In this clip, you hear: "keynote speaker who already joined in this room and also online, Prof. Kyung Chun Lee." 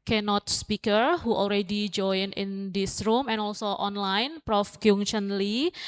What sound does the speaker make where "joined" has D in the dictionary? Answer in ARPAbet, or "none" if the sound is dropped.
none